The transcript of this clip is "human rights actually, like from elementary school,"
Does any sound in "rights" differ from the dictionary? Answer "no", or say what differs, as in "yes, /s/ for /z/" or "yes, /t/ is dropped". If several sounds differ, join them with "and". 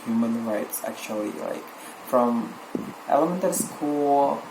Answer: no